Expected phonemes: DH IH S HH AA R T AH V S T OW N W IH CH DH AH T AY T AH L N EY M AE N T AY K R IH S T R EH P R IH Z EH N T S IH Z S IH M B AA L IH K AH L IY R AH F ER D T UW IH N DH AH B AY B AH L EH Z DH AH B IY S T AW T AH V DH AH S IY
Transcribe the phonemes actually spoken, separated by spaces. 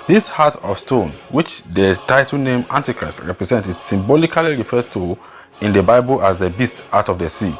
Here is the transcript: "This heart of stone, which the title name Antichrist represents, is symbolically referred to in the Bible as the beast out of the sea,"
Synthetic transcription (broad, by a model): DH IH S HH AA T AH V S T OW N W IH CH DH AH T AY T AH L N EY M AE N T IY K R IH S T R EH P R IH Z EH N T IH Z S IH M B AA L IH K AH L IY R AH F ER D T UW IH N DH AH B AY B AH L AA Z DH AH B IY S T AW T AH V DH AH S IY